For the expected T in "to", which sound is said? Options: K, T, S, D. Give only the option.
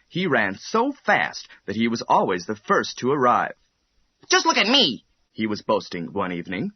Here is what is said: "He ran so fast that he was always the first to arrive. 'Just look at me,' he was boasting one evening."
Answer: T